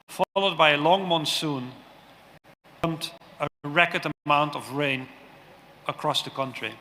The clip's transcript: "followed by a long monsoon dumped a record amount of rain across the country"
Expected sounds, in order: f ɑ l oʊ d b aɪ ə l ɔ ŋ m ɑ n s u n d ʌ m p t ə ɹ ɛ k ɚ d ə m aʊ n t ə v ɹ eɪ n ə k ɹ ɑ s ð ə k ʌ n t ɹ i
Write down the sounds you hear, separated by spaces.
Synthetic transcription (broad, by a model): f ɑ l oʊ d b aɪ ə l ɔ ŋ m ɑ n s u n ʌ m t ə ɹ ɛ k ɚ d ə m aʊ n t ə v ɹ eɪ n ə k ɹ ɑ s ð ə k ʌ n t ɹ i